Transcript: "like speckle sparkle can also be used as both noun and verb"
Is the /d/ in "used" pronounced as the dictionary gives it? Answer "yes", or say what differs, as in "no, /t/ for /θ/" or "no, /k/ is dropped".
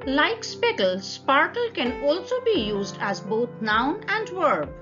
yes